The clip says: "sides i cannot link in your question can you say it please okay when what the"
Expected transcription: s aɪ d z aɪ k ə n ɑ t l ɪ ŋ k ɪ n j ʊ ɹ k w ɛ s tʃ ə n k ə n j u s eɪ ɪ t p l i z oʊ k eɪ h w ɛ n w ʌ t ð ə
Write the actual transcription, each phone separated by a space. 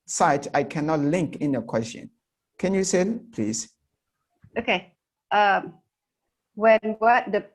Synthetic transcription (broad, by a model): s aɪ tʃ aɪ k ə n ɑ t l ɪ ŋ k ɪ n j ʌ k w ɛ s tʃ ə n k ə n j u s eɪ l p l i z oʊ k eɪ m w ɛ n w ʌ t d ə